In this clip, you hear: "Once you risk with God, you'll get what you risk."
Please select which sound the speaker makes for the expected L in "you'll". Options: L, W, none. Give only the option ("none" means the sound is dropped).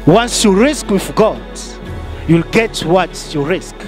L